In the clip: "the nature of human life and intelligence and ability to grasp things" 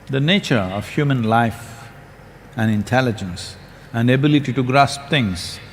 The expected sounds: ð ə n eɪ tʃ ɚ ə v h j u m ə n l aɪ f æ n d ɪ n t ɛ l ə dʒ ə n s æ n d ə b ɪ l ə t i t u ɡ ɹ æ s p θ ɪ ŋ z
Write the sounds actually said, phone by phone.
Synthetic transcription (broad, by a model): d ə n eɪ tʃ ɚ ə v h j u m ə n l aɪ f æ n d ɪ n t ɛ l ə dʒ ə n s æ n d ə b ɪ l ə t i t u ɡ ɹ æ s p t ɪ ŋ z